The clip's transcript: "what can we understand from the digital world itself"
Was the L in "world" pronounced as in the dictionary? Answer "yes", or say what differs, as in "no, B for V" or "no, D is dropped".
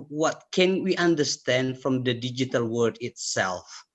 no, L is dropped